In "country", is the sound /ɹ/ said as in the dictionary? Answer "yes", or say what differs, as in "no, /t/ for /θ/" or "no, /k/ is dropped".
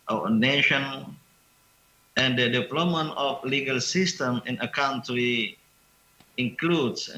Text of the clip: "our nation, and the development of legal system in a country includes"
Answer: no, /ɹ/ is dropped